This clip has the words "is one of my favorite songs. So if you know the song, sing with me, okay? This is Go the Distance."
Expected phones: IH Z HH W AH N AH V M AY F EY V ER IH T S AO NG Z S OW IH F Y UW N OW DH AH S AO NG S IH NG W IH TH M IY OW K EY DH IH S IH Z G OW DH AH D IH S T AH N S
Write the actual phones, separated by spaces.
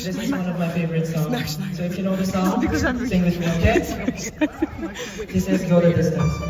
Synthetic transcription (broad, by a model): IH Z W W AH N AH V M AY F EY V ER IH T S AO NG S OW IH F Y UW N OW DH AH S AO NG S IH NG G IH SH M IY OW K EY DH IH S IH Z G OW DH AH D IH S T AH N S